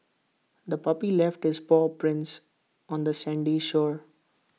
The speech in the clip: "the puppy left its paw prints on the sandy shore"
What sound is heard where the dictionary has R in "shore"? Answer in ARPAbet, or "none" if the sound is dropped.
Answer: R